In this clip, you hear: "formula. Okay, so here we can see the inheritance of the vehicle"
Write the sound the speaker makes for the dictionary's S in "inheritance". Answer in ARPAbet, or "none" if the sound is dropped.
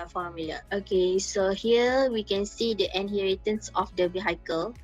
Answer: S